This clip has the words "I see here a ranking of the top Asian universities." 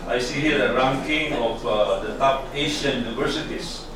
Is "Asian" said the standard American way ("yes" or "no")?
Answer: no